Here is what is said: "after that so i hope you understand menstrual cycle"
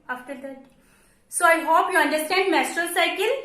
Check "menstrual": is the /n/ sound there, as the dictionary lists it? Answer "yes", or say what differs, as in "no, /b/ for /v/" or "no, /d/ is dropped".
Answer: no, /n/ is dropped